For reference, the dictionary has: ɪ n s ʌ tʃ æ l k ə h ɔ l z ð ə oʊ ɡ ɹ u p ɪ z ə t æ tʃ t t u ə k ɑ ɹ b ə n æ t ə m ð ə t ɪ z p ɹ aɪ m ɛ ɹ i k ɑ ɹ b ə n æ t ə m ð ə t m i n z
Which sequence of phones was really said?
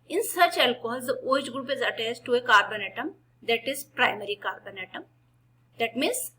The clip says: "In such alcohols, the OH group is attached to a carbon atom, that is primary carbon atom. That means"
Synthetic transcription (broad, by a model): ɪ n s ʌ tʃ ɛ l k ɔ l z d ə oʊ ɡ ɹ u p ɪ z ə t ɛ s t t u ə k ɑ ɹ b ə n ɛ t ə m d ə t ɪ z p ɹ aɪ m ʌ ɹ i k ɑ ɹ b ə n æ t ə m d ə t m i n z